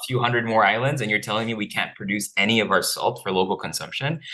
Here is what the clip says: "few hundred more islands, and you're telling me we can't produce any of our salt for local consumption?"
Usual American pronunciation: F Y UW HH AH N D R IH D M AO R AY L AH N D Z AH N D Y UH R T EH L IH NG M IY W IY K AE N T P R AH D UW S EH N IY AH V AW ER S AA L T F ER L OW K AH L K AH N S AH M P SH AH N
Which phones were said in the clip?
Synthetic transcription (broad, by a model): F Y UW HH AH N D R IH D M AO R AY L AH N D Z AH N Y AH R T EH L IH NG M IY W IY K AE N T P R AH D UW S EH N IY AH V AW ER S AA L T F ER L OW K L K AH N S AH M P SH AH N